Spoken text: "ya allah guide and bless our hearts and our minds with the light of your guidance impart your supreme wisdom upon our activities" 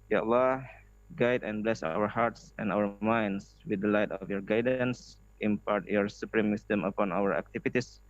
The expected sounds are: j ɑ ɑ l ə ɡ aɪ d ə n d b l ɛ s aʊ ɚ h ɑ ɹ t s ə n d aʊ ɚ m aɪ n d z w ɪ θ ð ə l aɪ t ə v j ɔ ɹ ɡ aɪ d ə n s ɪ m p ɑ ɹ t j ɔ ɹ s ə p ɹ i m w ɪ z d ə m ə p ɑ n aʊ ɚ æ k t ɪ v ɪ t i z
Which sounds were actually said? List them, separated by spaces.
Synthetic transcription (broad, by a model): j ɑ ɑ l ə ɡ aɪ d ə n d b l ɛ s aʊ ɚ h ɑ ɹ t s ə n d aʊ ɚ m aɪ n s w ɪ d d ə l aɪ t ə f j ɔ ɹ ɡ aɪ d ə n s ɪ m p ɑ ɹ t j ɔ ɹ s ə p ɹ i m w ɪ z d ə m ə p ɑ n aʊ ɚ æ k t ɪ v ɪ t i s